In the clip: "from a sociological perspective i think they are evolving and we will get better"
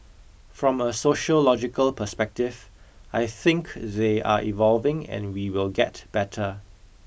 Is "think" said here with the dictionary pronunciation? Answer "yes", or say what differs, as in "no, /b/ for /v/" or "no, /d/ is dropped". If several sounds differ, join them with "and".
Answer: yes